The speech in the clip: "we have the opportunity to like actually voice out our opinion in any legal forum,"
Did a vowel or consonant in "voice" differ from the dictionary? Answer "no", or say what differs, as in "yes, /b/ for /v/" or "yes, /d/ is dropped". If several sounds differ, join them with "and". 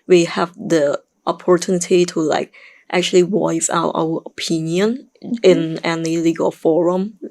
yes, /w/ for /v/